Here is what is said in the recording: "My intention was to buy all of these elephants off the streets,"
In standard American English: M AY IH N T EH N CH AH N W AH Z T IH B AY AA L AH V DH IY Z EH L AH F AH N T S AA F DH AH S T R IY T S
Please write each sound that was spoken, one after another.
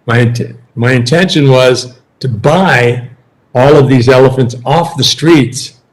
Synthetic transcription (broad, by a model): M AY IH N T EH N SH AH N W AH Z T IH B AY AA L AH V DH IY Z EH L AH F AH N T S AA F DH AH S T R IY T S